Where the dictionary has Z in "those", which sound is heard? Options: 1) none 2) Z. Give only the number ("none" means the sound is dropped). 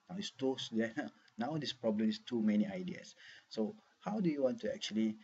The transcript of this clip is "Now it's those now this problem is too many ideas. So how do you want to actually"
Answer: 1